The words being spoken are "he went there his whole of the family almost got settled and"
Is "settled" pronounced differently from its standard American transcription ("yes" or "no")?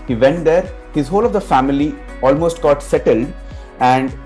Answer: no